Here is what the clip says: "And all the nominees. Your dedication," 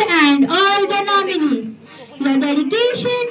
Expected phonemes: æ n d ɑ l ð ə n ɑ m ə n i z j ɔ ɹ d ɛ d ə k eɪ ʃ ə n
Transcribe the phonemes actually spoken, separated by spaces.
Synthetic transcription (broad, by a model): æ n d ɑ l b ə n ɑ m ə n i j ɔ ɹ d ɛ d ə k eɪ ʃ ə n